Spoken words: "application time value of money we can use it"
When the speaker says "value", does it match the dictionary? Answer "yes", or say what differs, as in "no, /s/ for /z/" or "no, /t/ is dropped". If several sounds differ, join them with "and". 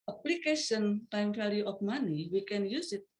no, /f/ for /v/